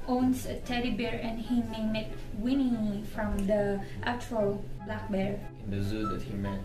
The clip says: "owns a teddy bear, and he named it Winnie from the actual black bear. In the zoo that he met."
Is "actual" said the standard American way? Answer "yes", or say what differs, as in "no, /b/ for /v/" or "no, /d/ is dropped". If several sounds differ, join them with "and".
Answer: no, /k/ is dropped